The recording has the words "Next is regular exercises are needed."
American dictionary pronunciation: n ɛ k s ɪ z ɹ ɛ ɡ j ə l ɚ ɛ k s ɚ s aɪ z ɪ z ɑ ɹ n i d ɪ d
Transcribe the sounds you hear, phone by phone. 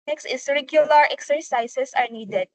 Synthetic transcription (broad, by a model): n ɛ k s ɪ s ɹ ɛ ɡ j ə l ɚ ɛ k s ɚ s aɪ s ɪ s ɑ ɹ n i d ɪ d